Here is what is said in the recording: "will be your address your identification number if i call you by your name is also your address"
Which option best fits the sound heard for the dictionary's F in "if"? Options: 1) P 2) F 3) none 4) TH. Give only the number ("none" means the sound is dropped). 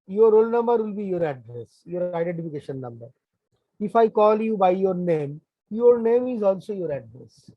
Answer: 2